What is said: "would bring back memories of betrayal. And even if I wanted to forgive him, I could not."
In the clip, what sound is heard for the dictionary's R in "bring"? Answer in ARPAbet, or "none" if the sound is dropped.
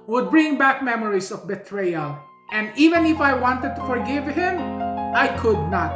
R